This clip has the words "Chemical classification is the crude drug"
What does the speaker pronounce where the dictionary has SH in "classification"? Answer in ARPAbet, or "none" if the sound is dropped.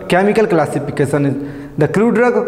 S